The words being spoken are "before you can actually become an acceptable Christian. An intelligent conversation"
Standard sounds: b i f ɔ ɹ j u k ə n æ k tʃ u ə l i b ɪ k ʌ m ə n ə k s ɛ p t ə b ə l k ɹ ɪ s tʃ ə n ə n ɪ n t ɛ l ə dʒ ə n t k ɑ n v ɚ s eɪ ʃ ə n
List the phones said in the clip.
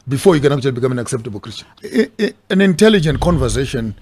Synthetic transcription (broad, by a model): b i f ɔ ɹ j u k ə n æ k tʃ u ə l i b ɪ k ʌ m ə n ə k s ɛ p t ə b ə l k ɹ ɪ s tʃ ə ə n ɪ n t ɛ l ə dʒ ə n t k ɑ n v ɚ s eɪ ʃ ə n